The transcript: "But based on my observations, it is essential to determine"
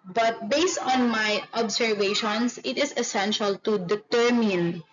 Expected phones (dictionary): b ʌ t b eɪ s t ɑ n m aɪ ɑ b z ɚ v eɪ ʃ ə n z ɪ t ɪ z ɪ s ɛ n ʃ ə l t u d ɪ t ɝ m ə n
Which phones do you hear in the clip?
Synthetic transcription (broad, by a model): b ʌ t b eɪ s t ɑ n m aɪ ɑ b s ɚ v eɪ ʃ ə n s ɪ t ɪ s ɪ s ɛ n ʃ ə l t u d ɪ t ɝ m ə n